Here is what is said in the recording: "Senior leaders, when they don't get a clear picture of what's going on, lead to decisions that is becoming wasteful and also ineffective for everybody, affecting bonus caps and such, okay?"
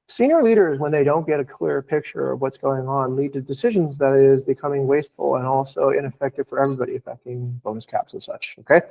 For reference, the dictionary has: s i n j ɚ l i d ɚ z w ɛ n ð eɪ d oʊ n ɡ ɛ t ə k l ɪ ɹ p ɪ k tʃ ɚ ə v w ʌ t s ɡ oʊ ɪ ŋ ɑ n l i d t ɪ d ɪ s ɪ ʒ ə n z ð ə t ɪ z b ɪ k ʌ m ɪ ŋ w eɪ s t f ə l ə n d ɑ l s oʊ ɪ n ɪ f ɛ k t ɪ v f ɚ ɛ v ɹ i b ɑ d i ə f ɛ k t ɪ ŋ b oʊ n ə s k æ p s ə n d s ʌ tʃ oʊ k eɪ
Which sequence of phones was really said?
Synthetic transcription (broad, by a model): s i n j ɚ l i d ɚ z w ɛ n ð eɪ d oʊ n ɡ ɛ t ə k l ɪ ɹ p ɪ k tʃ ɚ ə v w ʌ t s ɡ oʊ ɪ ŋ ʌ n l i d t ɪ d ɪ s ɪ ʒ ə n z ð ə t ɪ z b ɪ k ʌ m ɪ ŋ w eɪ s t f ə l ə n ɑ l s oʊ ɪ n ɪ f ɛ k t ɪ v f ɚ ɛ v ɹ i b ɑ d i ə f ɛ k t ɪ ŋ b oʊ n ə s k æ p s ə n s ʌ tʃ oʊ k eɪ